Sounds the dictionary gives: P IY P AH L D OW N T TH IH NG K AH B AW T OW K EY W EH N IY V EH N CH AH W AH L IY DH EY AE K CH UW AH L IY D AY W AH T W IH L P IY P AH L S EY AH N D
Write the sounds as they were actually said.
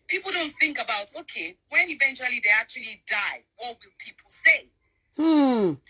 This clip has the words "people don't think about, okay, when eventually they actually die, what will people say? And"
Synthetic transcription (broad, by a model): P IY P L D OW N T TH IH NG K AH B AW T OW K EY W EH N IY V EH N CH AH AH L IY DH EY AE K CH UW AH L IY D AY W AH T W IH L P IY P L S EY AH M